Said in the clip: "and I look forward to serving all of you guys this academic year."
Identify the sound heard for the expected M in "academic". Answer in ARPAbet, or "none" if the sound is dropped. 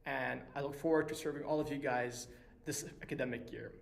M